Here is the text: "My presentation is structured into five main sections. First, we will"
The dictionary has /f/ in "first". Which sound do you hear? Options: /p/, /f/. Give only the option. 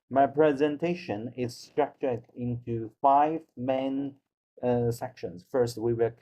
/f/